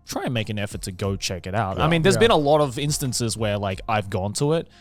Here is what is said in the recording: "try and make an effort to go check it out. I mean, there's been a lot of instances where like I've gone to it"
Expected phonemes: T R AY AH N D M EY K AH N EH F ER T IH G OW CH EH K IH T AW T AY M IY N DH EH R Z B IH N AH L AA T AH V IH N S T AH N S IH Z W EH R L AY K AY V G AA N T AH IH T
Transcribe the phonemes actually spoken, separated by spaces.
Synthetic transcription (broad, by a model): T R AY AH N M EY K AH N EH F ER T IH G OW CH EH K IH T AW T AY M IY N DH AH R Z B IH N AH L AA T AH V IH N S T AH N S IH Z W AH R L AY K AY V G AA N T AH IH T